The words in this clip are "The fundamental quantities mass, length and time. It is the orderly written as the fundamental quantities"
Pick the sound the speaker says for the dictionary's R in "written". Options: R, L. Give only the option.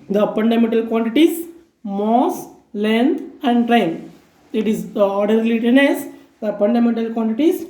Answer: L